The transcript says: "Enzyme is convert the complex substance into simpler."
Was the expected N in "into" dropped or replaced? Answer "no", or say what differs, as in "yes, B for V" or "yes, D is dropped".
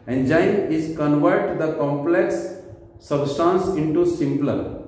no